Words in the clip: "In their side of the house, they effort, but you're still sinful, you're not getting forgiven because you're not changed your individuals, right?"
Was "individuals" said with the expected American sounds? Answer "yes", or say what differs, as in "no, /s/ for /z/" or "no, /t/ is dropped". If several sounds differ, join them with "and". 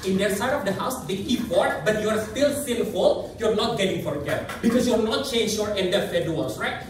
no, /f/ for /v/